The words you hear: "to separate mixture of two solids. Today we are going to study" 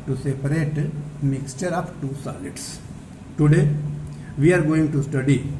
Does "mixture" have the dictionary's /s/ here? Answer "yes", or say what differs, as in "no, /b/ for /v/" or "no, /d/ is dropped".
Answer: yes